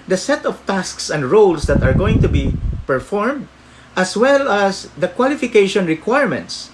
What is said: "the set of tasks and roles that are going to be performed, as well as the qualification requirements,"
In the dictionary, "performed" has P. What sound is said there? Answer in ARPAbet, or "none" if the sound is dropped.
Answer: P